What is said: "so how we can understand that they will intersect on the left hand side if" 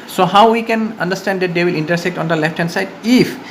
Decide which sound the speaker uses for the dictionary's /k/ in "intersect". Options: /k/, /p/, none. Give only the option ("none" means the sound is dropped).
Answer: /k/